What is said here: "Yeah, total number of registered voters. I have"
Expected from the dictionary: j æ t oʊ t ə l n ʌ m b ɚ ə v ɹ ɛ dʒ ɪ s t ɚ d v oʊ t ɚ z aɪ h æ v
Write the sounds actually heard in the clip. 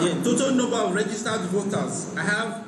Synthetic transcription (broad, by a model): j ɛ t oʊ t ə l n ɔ b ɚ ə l ɹ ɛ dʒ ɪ s t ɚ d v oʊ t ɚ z aɪ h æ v